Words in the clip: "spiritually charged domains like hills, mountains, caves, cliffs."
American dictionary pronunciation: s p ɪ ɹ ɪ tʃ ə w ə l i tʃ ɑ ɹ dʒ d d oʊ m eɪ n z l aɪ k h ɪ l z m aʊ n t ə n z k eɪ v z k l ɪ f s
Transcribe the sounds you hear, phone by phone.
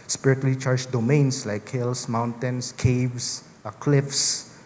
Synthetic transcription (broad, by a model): s p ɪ ɹ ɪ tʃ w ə l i tʃ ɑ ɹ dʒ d d oʊ m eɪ n s l aɪ k h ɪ l s m aʊ n t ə n s k eɪ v s k l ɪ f s